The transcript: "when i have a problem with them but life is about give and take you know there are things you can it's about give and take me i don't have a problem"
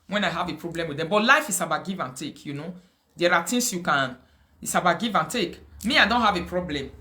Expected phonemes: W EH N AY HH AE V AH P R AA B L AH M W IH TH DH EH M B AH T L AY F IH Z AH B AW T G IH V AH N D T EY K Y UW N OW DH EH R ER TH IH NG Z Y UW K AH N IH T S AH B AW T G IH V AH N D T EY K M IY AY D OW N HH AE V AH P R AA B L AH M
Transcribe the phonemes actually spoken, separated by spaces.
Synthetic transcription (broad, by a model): W EH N AY HH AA V AH P R AA B L AH M W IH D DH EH M B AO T L AY F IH S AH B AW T G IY V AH N T EY K Y UW N OW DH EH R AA T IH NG S Y UW K AH N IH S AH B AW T G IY V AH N T EY K M IY AY D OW N HH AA V AH P R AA B L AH M